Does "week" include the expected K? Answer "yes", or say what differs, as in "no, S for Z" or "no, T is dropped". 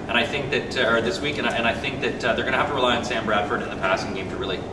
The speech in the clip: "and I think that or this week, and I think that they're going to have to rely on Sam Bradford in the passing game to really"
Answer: yes